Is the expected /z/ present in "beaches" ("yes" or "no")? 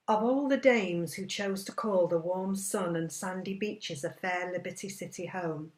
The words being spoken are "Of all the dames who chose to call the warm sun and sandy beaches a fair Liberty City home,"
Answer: yes